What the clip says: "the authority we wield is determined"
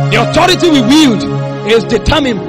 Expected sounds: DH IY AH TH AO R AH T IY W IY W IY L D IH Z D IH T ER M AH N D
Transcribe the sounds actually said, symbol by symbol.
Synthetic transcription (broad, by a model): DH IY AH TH AO R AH T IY W IY W IY L D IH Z D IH T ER M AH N